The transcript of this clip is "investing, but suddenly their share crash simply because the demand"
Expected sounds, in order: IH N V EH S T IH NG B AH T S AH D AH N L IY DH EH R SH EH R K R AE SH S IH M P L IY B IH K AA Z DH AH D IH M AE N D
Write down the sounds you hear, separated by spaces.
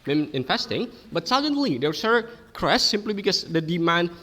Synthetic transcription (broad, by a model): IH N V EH S T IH NG B AH T S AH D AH N L IY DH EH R S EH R K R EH S IH M P L IY B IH K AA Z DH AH D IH M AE N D